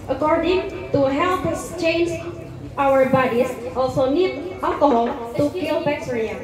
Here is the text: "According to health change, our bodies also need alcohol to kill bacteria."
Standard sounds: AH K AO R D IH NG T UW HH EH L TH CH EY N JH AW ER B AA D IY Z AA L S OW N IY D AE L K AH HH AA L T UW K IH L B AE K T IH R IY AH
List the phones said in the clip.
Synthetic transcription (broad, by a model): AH K AO R D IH NG T UW HH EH L S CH EY N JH AW ER B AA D IY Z AA L S OW N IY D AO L K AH HH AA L T UW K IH L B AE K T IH R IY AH